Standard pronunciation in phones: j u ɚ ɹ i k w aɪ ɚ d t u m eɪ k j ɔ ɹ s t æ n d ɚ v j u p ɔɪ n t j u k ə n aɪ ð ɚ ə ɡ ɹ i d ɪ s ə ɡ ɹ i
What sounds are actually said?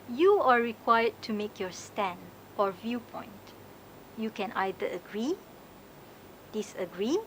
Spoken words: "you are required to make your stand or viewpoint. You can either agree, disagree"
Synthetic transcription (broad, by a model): j u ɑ ɹ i k w aɪ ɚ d t u m eɪ k j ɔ s t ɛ n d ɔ v j u p ɔɪ n t j u k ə n aɪ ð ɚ ə ɡ ɹ i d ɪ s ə ɡ ɹ i